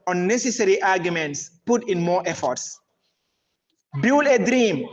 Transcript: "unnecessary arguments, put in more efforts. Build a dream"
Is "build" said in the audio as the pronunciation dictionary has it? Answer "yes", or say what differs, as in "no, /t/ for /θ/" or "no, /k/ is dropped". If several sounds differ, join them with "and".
no, /d/ is dropped